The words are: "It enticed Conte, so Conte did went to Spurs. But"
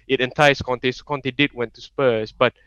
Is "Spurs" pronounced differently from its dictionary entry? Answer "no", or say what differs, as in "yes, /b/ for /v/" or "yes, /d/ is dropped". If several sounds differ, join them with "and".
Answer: yes, /s/ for /z/